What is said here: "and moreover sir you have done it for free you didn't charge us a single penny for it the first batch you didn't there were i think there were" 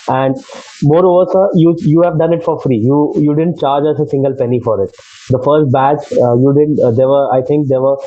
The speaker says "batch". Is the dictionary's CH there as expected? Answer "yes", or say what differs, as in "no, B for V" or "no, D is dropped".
no, S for CH